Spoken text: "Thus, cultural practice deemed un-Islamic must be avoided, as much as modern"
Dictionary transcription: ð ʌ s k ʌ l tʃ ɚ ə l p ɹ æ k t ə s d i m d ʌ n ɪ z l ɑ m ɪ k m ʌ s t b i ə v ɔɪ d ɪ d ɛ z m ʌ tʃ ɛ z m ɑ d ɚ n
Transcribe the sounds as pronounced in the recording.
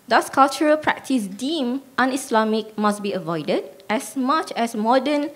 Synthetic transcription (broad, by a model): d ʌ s k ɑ l tʃ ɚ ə l p ɹ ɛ k t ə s d i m ɑ n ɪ s l ɑ m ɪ k m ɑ s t b i ə v ɔɪ d ɪ d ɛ s m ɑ tʃ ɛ s m ɑ d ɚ n